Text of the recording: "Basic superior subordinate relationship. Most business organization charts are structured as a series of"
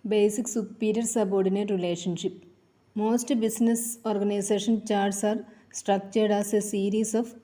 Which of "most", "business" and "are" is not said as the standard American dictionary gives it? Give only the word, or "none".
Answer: business